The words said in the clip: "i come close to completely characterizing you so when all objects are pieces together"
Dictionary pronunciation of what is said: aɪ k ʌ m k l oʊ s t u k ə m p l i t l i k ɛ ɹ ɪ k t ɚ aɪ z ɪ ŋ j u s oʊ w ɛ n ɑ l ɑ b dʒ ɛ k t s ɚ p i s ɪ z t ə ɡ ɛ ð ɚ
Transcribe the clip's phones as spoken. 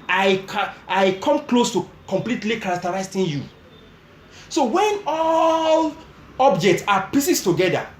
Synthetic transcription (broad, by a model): aɪ k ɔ m k l oʊ s t u k ə m p l i t l i k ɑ ɹ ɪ k t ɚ aɪ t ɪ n j u s oʊ w ɛ n ɑ l ɑ b dʒ ɛ k t s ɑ p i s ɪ s t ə ɡ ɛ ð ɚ